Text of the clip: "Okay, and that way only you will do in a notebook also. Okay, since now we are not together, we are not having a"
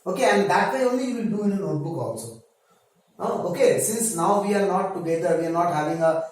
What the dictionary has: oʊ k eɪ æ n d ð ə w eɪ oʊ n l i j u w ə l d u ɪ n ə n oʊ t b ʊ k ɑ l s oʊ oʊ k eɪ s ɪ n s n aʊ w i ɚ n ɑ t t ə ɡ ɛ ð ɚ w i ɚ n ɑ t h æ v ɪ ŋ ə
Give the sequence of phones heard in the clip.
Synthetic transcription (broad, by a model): oʊ k eɪ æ n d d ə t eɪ oʊ n l i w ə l d u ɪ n ə n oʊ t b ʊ k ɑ n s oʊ oʊ k eɪ s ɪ n s n aʊ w i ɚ n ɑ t t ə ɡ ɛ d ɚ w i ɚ n ɑ t h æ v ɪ ŋ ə